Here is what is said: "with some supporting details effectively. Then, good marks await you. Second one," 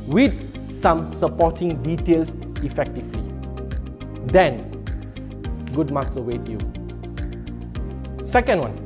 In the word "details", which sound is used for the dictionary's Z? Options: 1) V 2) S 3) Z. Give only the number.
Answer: 2